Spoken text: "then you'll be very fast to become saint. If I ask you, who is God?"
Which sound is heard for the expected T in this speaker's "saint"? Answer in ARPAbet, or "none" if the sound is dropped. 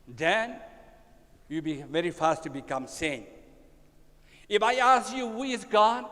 none